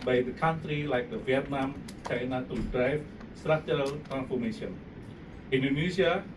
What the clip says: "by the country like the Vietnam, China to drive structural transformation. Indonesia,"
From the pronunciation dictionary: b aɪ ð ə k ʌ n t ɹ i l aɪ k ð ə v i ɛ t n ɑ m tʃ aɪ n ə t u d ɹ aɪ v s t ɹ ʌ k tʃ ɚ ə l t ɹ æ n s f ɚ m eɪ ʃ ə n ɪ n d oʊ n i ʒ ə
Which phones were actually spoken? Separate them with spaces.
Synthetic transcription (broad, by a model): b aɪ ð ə k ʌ n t ɹ i l aɪ k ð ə v i ɛ t n ɑ m tʃ aɪ n ə t u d ɹ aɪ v s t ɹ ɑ tʃ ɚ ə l t ɹ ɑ n s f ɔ m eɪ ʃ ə n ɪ n d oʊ n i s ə